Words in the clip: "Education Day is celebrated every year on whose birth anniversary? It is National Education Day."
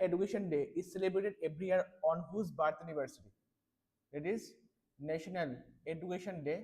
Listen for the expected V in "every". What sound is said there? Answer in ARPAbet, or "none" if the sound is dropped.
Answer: B